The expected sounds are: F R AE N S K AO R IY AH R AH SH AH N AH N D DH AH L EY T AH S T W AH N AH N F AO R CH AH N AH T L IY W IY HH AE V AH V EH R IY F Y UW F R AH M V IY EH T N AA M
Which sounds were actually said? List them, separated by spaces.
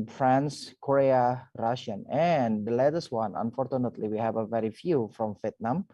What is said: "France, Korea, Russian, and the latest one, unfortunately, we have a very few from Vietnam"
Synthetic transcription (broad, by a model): F R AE N S K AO R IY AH R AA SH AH N AH N D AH L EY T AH S W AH N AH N F AO R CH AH N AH T L IY W IY HH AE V AH V EH R IY F Y UW F R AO M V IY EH T N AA M